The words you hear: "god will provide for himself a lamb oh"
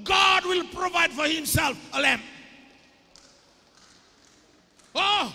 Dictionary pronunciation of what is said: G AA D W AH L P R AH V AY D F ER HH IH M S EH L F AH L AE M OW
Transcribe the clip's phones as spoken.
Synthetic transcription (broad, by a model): G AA D W AH L P R AH V AY D F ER HH IH M S EH L F AH L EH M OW